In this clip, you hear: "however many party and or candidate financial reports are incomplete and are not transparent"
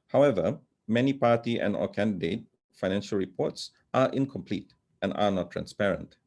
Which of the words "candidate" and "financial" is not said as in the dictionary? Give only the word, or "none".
none